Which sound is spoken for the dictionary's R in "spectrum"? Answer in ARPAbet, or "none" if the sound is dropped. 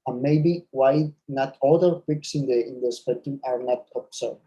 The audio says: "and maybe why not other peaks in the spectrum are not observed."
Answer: none